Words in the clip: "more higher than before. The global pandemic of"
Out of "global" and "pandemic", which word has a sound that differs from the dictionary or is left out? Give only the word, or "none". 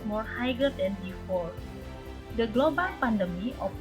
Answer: pandemic